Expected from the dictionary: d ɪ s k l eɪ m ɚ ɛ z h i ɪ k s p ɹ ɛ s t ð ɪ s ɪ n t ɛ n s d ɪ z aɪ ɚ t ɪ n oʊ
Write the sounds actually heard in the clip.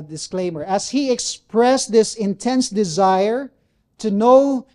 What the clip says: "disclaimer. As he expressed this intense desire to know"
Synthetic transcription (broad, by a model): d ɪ s k l eɪ m ɚ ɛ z h i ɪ k s p ɹ ɛ s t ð ɪ s ɪ n t ɛ n s d ɪ z aɪ ɚ t ɪ n oʊ